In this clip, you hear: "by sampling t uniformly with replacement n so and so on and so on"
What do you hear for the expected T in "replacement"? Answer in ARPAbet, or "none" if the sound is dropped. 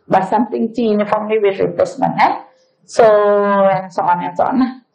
none